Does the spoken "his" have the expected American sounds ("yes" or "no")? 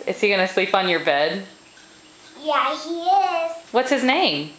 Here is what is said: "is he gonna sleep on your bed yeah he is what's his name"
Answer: yes